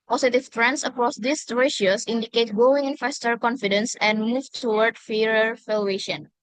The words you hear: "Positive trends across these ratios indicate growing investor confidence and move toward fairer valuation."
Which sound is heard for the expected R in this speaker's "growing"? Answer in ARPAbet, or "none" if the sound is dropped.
none